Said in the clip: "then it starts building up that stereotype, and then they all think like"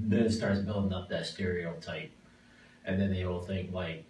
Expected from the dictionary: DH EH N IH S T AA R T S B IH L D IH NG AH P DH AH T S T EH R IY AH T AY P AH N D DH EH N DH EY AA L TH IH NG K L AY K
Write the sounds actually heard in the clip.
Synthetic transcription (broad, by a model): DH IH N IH S T AA R T S B IH L D IH NG AH P DH AH T S T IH R IY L T AY P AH N DH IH N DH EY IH L TH IH NG K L AY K